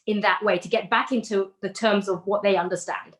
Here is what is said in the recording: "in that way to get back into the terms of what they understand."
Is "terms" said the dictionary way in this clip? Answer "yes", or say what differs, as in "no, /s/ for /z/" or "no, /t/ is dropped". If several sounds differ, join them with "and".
yes